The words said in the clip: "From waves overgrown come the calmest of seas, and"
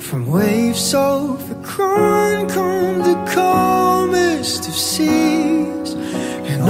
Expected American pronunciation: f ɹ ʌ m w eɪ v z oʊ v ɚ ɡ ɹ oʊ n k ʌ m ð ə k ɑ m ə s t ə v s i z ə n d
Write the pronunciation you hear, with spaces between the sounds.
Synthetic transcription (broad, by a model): f ɹ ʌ m w eɪ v s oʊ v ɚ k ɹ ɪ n k ʌ m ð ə k ɑ m ə s t ə v s i z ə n